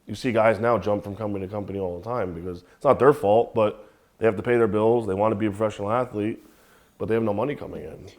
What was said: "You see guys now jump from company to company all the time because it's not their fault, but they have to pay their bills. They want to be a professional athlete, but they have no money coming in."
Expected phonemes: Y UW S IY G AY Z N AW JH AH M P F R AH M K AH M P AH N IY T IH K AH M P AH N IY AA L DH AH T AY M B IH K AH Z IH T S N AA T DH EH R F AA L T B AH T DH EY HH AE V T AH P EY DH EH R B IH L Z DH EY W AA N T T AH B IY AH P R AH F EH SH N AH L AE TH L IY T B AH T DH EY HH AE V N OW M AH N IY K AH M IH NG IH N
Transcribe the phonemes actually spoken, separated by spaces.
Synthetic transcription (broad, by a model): Y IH S IY G AY Z N AW JH AH M P F R AH M K AH M P AH N IY T IH K AH M P AH N IY AA L DH AH T AY M B IH K AH Z IH T S N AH T DH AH R F AA L T B AH T DH EY HH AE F T AH P EY DH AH R B IH L Z DH EY W AA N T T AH B IY AH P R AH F EH SH N L AE TH L IY T B AH T DH EY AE V N OW M AH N IY K AH M IH NG IH N